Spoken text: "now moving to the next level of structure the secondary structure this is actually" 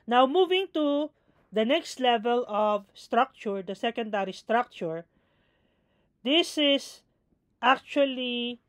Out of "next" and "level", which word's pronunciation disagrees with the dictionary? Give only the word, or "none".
none